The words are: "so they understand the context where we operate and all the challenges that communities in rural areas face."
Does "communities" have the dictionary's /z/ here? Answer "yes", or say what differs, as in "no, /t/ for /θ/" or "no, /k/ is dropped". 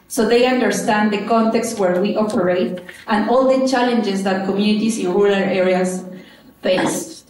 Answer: no, /s/ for /z/